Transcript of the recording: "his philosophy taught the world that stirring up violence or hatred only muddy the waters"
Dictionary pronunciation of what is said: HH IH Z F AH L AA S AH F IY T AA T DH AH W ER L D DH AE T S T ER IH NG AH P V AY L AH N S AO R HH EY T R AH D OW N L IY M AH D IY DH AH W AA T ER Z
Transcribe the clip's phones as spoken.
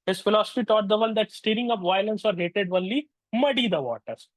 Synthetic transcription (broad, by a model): HH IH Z F AH L AA S AH F IY T AA T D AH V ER N D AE T S T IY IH NG AH P V AY L AH N S AO R HH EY T AH D OW N L IY M AH D IY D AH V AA T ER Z